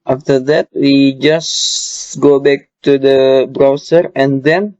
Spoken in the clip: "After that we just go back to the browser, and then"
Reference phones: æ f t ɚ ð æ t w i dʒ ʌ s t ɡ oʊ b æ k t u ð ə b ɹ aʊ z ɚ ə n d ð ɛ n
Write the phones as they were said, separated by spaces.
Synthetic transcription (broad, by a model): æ f t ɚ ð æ t w i dʒ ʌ s ɡ oʊ b æ k t u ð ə b ɹ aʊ s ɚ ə n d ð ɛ n